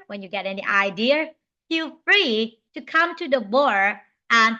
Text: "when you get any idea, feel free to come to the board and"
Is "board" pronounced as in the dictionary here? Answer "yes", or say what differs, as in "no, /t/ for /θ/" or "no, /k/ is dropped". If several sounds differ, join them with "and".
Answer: no, /d/ is dropped